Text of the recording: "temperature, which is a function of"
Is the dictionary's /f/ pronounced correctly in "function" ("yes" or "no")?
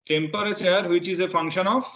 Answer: yes